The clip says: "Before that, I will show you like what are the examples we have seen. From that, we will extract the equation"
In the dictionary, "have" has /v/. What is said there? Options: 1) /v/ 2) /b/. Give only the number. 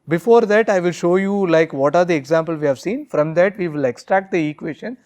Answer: 1